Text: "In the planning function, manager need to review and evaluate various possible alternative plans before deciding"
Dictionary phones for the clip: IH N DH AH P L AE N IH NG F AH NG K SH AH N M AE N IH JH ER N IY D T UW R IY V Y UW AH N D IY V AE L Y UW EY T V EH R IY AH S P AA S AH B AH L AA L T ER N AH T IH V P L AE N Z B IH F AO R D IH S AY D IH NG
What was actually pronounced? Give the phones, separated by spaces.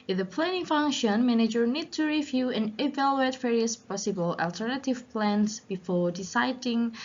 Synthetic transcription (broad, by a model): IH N DH AH P L AE N IH NG F AH NG K SH AH N M AE N IH JH ER N IY D T UW R IY V Y UW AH N IY V AE L Y UW EY T V EH R IY AH S P AA S AH B AH L AA L T ER N AH T IH V P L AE N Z B IH F AO R D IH S AY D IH NG